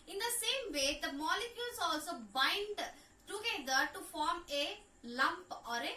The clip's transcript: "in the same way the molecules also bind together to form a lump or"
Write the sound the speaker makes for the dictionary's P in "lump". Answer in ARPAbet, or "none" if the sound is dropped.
P